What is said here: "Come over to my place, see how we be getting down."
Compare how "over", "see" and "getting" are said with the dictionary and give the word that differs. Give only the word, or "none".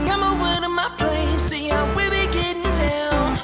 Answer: over